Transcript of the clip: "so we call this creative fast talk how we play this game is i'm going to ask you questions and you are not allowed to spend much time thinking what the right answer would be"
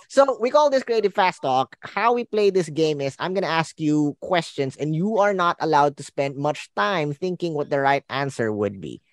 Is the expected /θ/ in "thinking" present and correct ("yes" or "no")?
yes